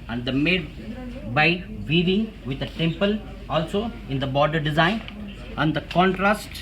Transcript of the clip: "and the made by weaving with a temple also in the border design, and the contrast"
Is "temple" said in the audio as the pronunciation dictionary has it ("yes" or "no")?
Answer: yes